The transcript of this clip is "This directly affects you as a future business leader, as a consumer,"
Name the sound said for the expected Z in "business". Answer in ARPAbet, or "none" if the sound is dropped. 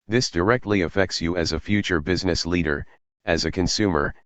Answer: Z